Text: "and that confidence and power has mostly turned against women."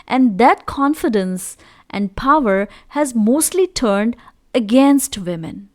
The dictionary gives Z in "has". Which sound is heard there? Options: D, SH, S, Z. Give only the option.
Z